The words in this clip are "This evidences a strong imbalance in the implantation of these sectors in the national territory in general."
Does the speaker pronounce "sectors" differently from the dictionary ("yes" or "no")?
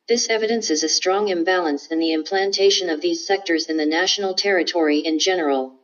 no